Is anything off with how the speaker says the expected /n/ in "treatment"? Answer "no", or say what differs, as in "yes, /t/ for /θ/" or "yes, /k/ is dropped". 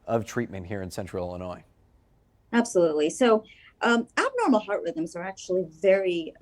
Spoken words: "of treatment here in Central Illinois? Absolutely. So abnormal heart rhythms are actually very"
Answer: no